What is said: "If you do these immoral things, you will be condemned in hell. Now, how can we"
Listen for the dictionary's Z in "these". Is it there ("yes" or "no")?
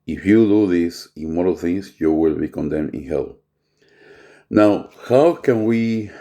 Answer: no